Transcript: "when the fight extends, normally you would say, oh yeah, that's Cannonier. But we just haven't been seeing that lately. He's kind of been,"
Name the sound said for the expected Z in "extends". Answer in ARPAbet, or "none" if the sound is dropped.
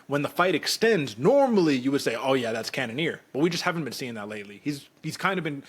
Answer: Z